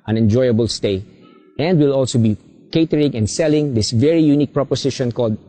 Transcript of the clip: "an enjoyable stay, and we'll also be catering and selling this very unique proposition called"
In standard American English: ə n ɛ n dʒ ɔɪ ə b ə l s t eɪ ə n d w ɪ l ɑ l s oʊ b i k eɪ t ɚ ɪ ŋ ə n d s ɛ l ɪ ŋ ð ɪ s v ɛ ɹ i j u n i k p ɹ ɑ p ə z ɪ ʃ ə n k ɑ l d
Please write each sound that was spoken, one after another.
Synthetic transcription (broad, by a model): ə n ɛ n dʒ ɔɪ ə b ə l s t eɪ ə n d w ɪ l ɑ l s oʊ b i k eɪ t ɚ ɪ ŋ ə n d s ɛ l ɪ ŋ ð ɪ s v ɛ ɹ i j u n i k p ɹ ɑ p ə s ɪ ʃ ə n k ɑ l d